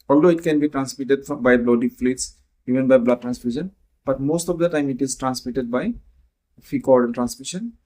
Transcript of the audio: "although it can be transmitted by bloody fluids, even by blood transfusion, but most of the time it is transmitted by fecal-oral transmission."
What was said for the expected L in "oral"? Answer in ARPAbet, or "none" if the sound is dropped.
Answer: N